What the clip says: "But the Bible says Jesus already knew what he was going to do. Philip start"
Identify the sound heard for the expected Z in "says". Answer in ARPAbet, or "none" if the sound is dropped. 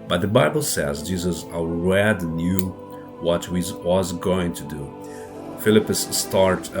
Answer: Z